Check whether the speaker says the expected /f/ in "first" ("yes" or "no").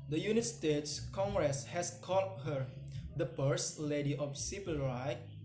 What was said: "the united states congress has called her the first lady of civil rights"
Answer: no